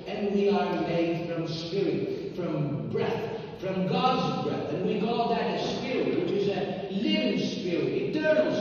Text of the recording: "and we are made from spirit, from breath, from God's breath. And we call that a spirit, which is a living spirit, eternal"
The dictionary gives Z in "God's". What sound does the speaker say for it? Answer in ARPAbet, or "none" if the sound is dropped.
Z